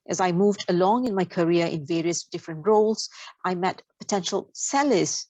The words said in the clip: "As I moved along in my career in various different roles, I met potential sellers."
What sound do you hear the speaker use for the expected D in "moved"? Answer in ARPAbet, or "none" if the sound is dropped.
D